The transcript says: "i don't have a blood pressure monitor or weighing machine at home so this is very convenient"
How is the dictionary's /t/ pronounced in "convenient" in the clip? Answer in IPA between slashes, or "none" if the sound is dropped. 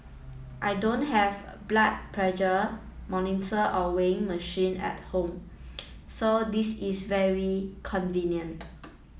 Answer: /t/